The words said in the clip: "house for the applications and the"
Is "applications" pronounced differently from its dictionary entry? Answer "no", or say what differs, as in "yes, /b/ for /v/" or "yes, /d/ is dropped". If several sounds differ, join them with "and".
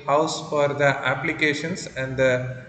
yes, /s/ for /z/